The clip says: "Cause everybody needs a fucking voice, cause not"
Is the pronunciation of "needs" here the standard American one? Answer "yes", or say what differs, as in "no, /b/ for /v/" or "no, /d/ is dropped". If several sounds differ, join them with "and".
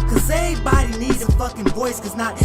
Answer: no, /z/ is dropped